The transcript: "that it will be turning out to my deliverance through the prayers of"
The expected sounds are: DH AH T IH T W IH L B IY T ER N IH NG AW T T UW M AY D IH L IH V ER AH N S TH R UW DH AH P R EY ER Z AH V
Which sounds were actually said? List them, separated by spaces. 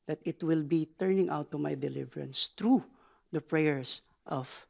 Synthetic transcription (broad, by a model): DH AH T IH T W IH L B IY T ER N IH NG AW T T UW M AY D IH L IH V ER AH N S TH R UW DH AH P R EY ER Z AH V